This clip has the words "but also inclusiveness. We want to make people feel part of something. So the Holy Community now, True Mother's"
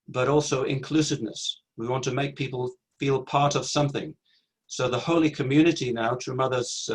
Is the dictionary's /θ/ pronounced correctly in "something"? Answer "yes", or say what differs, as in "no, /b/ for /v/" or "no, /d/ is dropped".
yes